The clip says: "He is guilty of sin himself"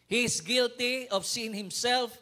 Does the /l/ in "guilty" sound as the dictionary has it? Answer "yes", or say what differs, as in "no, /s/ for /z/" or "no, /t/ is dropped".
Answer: yes